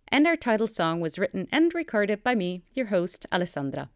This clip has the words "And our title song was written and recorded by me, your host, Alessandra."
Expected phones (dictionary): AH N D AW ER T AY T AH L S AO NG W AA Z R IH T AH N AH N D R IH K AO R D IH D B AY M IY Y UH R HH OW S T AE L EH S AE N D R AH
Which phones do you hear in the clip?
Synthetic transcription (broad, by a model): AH N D AW ER T AY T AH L S AO NG W AA Z R IH T N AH N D R IH K AO R D IH D B AY M IY Y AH R HH OW S T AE L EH S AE N D R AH